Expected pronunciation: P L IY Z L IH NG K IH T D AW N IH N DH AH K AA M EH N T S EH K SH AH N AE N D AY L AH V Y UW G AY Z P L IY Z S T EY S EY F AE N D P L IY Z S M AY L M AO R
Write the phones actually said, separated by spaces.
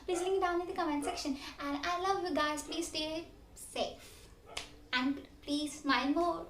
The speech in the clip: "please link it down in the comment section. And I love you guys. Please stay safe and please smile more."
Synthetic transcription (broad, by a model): P L IY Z L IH K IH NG D AW N IH N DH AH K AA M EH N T S EH K SH AH N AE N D AY L AH V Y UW G AY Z P L IY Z S T EY S EY F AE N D P L IY Z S M AY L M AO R